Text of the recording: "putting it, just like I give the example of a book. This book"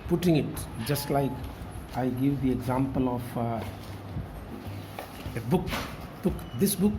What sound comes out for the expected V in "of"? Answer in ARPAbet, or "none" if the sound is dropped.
B